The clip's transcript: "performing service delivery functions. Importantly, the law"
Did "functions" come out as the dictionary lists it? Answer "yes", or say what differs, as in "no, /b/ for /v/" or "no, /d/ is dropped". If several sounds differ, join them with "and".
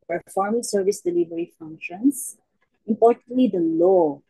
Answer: no, /s/ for /z/